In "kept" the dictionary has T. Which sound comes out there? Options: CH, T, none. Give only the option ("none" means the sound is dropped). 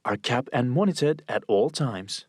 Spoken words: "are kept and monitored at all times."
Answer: none